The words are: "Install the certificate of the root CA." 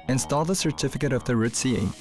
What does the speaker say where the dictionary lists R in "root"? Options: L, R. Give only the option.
R